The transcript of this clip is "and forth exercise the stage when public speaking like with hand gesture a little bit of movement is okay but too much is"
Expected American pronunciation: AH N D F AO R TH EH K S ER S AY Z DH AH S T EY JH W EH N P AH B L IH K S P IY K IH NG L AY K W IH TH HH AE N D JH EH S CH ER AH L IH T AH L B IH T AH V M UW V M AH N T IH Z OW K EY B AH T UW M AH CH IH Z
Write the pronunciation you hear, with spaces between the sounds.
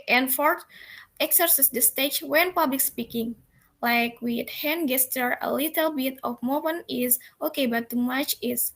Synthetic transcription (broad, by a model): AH N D F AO R T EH K S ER S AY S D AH S T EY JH W EH N P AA B L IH K S P IY K IH NG L AY K W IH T HH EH N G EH S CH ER AH L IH T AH L B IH T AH F M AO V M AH N IH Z OW K EY B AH T UW M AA CH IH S